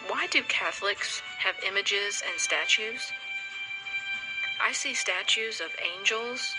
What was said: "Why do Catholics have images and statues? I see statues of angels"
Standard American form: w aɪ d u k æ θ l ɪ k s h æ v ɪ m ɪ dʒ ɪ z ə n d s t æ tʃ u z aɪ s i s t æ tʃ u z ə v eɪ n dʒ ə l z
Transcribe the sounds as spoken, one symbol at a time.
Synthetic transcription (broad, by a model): w aɪ d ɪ k æ θ l ɪ k s h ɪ v ɪ m ɪ dʒ ɪ z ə n s t æ tʃ u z aɪ s i s t æ tʃ u z ə v eɪ n dʒ l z